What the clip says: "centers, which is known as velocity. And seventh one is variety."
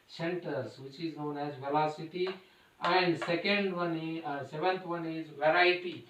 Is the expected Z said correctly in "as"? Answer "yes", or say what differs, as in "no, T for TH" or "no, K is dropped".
yes